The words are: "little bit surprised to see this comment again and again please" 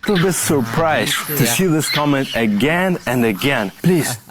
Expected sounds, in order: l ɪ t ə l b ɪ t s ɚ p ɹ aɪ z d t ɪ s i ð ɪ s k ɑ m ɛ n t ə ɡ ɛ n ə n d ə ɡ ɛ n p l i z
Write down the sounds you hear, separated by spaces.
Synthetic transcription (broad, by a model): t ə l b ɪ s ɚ p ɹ aɪ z t ɪ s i ð ɪ s k ɑ m ɛ n t ə ɡ ɛ n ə n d ə ɡ ɛ n p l i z